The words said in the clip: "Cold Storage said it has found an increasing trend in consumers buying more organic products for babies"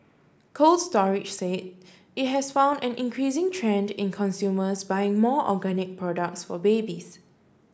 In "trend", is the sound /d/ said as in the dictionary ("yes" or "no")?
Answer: yes